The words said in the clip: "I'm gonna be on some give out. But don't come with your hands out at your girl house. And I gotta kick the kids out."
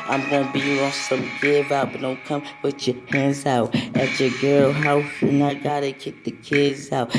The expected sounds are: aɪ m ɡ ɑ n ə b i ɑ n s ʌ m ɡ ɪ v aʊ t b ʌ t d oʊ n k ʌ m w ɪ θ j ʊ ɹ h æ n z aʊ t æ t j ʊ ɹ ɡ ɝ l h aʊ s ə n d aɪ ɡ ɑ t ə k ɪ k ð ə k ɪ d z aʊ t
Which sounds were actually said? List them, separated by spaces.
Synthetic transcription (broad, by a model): aɪ m ɡ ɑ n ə b i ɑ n s ʌ m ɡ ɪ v aʊ t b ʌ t d oʊ n k ʌ m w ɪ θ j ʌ ɹ h æ n z aʊ t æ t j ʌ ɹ ɡ ɝ l h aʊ ə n aɪ ɡ ɑ t ə k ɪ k ð ə k ɪ d z aʊ t